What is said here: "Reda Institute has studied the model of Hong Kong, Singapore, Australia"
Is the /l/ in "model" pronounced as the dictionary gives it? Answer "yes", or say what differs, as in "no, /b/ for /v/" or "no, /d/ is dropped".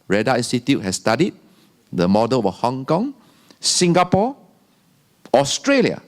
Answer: no, /w/ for /l/